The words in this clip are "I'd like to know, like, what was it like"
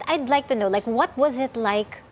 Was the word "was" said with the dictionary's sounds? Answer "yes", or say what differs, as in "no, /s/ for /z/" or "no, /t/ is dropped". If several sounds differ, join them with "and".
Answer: yes